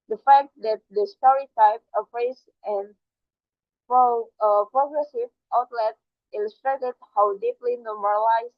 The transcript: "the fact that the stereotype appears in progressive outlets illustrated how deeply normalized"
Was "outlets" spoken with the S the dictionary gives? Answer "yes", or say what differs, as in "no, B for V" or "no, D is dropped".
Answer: no, S is dropped